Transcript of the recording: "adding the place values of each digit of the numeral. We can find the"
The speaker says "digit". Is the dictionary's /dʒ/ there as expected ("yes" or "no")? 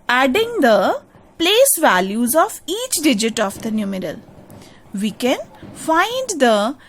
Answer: yes